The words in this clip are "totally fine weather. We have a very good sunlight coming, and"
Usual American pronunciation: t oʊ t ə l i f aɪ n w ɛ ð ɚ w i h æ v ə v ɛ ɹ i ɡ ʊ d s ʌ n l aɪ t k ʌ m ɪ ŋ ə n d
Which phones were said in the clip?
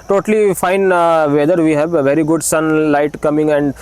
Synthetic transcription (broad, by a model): t oʊ t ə l i f aɪ n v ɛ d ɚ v i h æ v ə v ɛ ɹ i ɡ ʊ d s ʌ n l aɪ t k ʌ m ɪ ŋ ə n d